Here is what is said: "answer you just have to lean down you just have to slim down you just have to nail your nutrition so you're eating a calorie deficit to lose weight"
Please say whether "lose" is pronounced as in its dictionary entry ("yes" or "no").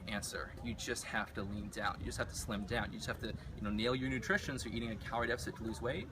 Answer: yes